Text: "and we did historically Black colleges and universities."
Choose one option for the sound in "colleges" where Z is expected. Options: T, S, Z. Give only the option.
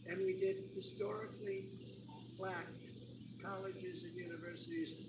Z